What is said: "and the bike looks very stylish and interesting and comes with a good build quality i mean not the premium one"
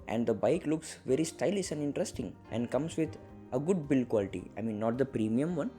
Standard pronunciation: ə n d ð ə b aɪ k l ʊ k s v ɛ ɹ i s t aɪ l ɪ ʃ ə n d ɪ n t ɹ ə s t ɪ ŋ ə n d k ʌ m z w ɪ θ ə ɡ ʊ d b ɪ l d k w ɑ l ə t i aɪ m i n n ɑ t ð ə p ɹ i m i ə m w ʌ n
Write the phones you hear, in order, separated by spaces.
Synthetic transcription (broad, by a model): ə n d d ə b aɪ k l ʊ k s v ɛ ɹ i s t aɪ l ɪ s ə n d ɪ n t ɹ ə s t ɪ ŋ ə n d k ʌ m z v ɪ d ə ɡ ʊ d b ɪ l k w ɑ l ə t i aɪ m i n n ɑ t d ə p ɹ i m i ə m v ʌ n